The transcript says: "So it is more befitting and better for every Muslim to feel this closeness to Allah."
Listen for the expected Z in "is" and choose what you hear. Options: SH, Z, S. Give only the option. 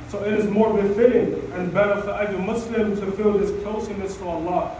Z